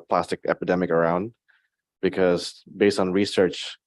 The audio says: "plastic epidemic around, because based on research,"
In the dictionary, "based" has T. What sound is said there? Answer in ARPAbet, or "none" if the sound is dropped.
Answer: T